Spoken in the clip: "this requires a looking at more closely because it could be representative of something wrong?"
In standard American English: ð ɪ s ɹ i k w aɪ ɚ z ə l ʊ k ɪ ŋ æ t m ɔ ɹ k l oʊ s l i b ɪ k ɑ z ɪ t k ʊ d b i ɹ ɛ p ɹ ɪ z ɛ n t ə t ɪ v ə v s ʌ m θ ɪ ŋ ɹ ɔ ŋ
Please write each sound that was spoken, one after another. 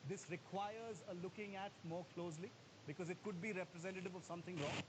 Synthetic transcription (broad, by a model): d ɪ s ɹ i k w aɪ ɚ z ə l ʊ k ɪ ŋ æ t m ɔ ɹ k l oʊ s l i b ɪ k ɑ z ɪ t k ʊ d b i ɹ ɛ p ɹ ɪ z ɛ n t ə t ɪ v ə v s ʌ m t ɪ ŋ ɹ ɔ ŋ